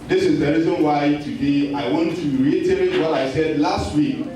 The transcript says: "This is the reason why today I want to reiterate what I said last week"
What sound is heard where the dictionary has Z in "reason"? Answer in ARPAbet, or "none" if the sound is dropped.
Z